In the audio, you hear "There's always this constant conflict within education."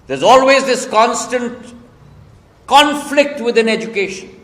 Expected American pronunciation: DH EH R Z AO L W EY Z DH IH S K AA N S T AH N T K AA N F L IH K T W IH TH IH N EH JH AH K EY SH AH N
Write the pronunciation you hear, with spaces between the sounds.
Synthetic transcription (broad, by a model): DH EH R Z AO L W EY Z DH IH S K AA N S T AH N T K AA N F L IH K T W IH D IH N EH JH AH K EY SH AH N